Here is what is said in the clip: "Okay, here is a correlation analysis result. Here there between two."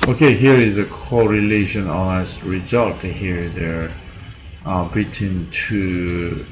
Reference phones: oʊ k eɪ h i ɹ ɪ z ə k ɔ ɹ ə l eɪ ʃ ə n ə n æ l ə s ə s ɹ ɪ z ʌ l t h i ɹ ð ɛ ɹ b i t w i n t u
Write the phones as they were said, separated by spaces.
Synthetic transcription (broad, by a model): oʊ k eɪ h i ɹ ɪ z ə k ɔ ɹ ə l eɪ ʃ ə n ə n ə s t ɹ ɪ z ʌ l t h i ɹ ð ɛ ɹ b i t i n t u